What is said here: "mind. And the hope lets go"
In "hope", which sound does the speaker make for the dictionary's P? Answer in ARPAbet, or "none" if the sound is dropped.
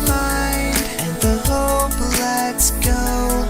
B